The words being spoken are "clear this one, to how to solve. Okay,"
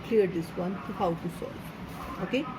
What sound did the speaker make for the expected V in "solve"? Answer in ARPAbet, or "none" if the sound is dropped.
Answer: none